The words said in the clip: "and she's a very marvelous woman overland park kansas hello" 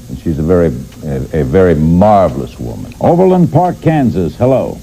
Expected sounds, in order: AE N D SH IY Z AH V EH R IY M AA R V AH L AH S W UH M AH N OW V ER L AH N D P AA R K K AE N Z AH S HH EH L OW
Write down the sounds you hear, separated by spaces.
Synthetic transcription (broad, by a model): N SH IY Z AH V EH R IY M AA R V L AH S W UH M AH N OW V ER L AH N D P AA R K K AE N Z AH S HH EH L OW